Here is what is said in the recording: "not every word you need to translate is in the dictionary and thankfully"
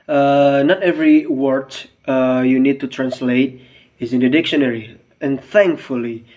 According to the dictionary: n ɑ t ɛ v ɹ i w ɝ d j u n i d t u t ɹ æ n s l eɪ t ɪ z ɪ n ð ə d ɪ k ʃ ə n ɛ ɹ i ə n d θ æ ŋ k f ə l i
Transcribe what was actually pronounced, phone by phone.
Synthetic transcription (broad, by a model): n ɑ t ɛ v ɹ i w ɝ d j u n i d t u t ɹ æ n s l eɪ t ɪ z ɪ n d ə d ɪ k ʃ ə n ɛ ɹ i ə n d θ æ ŋ k f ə l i